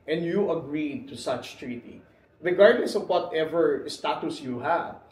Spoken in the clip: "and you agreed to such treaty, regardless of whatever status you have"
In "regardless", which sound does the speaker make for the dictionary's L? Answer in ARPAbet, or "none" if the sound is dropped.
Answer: N